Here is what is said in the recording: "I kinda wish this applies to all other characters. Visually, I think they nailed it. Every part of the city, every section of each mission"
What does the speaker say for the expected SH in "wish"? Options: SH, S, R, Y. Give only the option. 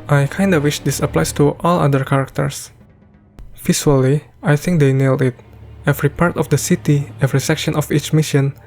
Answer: SH